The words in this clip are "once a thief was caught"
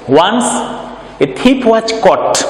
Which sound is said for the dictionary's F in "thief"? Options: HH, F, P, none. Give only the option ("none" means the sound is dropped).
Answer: P